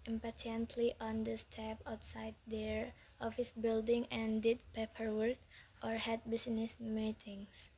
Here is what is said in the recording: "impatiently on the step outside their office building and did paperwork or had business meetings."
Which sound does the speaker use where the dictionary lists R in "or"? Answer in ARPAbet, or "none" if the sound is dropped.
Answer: R